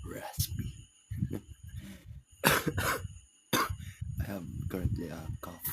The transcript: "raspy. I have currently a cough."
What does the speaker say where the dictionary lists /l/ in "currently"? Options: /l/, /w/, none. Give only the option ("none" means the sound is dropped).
/l/